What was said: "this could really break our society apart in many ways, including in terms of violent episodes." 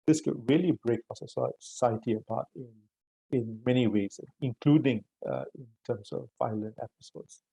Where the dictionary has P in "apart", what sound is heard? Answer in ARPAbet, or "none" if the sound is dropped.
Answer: B